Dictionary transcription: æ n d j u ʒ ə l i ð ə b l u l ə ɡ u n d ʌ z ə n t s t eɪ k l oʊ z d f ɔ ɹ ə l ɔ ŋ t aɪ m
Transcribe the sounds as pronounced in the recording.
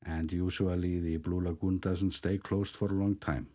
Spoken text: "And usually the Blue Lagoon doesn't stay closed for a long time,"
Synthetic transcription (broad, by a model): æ n d j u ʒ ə l i ð ə b l u l ə ɡ u n d ʌ z ə n t s t eɪ k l oʊ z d f ɔ ɹ ə l ɔ ŋ t aɪ m